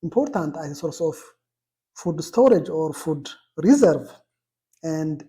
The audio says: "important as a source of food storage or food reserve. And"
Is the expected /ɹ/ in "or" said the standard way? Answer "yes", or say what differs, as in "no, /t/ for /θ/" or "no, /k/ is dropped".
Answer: yes